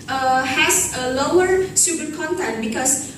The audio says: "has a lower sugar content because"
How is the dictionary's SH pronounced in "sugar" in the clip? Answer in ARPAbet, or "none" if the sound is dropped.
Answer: S